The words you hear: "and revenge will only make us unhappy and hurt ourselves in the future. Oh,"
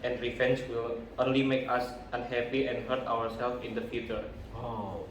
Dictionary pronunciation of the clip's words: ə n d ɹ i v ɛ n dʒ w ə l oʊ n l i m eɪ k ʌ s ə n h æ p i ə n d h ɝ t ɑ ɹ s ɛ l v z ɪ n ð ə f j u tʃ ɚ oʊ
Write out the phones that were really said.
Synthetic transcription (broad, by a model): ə n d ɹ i f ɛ n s w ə l oʊ n l i m eɪ k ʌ s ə n h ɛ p i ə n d h ɝ t ɑ ɹ s ɛ l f ɪ n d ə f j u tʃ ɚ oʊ